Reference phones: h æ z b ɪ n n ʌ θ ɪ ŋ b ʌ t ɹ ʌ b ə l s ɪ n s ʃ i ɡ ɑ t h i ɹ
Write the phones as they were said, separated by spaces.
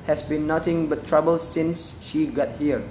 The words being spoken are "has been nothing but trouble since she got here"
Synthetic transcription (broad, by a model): h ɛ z b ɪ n n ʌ t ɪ ŋ b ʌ t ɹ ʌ b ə l s ɪ n s ʃ i ɡ ɑ t h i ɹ